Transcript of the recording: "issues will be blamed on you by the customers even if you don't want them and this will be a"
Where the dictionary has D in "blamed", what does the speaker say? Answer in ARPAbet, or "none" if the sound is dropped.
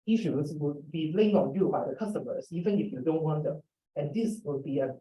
none